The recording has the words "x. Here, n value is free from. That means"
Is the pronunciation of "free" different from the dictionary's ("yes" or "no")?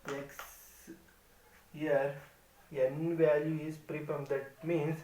yes